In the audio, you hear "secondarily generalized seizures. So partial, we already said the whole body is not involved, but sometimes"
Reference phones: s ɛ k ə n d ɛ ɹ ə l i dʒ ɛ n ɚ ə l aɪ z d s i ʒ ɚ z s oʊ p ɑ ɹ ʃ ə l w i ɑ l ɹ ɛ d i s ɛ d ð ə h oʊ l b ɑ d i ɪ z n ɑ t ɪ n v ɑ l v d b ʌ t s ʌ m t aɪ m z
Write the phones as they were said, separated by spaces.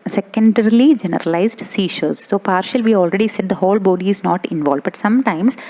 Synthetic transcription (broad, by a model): s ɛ k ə n d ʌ ɹ l i dʒ ɛ n ɚ ə l aɪ z d s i ʃ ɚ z s oʊ p ɑ ɹ ʃ ə l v i ɑ l ɹ ɛ d i s ɛ d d ə h oʊ l b ɑ d i ɪ z n ɑ t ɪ n v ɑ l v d b ʌ t s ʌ m t aɪ m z